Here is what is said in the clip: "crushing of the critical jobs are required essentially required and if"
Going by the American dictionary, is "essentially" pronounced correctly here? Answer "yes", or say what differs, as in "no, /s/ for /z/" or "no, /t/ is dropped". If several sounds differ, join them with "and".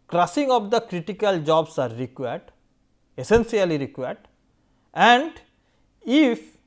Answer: no, /s/ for /ʃ/